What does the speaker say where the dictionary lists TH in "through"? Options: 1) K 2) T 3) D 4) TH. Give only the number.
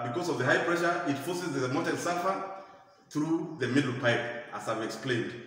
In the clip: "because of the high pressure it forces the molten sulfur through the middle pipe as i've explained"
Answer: 4